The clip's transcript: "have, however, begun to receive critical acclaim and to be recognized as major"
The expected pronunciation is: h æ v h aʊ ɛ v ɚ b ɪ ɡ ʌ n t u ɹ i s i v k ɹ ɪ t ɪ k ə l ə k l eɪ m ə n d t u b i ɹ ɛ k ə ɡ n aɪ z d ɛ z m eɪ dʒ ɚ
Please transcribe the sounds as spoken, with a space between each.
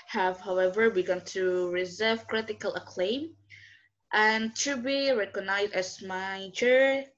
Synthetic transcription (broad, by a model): h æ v h aʊ ɛ v ɚ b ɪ ɡ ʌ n t u ɹ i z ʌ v k ɹ ɪ t ɪ k ə l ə k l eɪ m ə n t u b i ɹ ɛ k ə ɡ n aɪ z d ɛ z m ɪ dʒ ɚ